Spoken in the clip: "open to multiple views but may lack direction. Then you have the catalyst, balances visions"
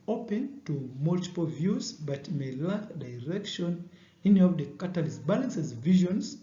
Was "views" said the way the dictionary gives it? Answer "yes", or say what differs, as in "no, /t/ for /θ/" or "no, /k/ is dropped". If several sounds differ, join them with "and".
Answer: yes